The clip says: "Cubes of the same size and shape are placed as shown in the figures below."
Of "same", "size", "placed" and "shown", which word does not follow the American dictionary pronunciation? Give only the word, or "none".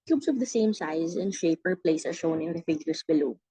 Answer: placed